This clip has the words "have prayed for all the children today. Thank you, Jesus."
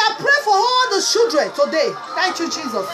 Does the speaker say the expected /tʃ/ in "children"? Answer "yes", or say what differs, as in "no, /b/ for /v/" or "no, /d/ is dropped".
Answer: no, /ʃ/ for /tʃ/